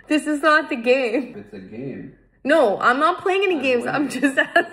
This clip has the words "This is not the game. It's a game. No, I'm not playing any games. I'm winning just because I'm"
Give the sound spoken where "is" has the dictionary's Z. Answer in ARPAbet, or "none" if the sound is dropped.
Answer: Z